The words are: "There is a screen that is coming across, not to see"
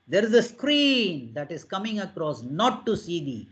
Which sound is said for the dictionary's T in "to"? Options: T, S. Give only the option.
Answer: S